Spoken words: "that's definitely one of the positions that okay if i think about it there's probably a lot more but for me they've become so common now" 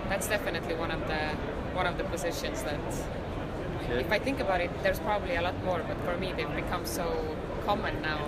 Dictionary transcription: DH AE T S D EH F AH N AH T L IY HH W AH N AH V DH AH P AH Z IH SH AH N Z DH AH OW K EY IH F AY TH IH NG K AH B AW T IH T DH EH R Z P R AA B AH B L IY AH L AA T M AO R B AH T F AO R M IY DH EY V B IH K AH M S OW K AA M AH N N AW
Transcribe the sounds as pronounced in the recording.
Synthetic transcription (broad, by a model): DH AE T S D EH F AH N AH T L IY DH W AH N AH V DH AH P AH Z IH SH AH N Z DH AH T IH F AY TH IH NG K AH B AW T IH T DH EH R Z P R AA B AH B L IY AH L AA T M AO R B AH T F AO R M IY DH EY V B IH K AH M S OW K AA M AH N N AW